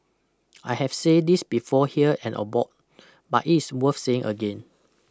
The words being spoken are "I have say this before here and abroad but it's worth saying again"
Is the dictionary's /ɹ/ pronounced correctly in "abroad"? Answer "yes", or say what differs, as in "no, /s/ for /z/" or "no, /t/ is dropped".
no, /ɹ/ is dropped